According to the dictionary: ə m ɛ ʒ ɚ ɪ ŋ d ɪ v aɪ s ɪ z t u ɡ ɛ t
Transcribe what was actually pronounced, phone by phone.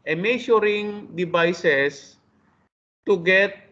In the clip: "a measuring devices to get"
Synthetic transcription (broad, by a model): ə m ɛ ʃ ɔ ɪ ŋ d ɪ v aɪ s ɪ s t u ɡ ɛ t